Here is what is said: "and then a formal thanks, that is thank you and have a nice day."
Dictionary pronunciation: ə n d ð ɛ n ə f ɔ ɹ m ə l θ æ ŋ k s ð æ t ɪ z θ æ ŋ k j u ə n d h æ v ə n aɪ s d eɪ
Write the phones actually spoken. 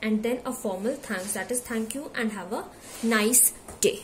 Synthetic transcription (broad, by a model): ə n d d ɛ n ə f ɔ ɹ m ə l t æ ŋ k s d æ t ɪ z t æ ŋ k j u ə n d h æ v ə n aɪ s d eɪ